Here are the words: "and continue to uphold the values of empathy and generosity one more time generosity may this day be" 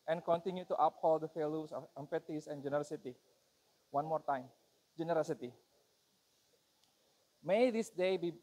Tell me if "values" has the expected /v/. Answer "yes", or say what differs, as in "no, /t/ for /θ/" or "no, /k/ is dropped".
no, /f/ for /v/